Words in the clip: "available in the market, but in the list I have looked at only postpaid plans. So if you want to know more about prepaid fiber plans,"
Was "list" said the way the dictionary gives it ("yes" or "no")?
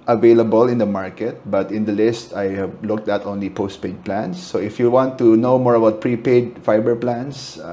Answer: yes